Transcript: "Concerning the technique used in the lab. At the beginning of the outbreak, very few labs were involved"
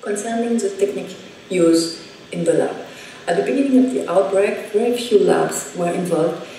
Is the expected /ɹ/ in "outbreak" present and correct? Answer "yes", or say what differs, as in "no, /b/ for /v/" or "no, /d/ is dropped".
yes